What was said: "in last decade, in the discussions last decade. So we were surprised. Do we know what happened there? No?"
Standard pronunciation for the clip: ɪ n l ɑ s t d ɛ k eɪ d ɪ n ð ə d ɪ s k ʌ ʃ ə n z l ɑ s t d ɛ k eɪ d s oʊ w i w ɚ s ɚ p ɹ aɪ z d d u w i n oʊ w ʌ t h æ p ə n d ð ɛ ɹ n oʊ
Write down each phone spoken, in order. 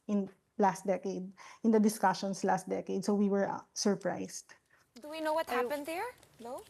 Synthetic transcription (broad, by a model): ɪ n l ɑ s t d ɛ k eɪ d ɪ n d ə d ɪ s k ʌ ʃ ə n s l ɑ s t d ɛ k eɪ d s oʊ w i w ɚ s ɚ p ɹ aɪ s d d u w i n oʊ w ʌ t h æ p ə n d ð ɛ ɹ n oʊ